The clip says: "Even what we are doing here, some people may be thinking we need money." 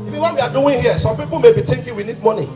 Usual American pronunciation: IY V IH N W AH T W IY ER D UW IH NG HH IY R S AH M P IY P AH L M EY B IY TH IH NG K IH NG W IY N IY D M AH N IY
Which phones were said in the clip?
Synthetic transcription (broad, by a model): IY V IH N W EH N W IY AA D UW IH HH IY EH S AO M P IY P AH M EY B IY T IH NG K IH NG W IY N IY D M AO N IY